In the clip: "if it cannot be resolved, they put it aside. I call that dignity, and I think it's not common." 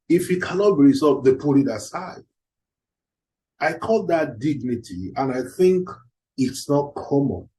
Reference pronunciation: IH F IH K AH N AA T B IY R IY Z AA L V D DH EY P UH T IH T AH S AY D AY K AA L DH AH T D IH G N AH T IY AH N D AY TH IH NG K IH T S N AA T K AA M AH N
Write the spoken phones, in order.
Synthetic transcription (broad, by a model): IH F IH K AH N AA T B IY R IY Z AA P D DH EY P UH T IH T AH S AY D AY K AA L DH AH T D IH G N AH T IY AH N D AY TH IH NG K IH T S N AA T K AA M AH N